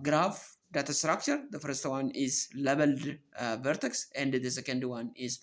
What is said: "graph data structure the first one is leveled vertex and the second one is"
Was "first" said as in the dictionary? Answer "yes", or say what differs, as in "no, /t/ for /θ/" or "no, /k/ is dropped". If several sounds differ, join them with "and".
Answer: yes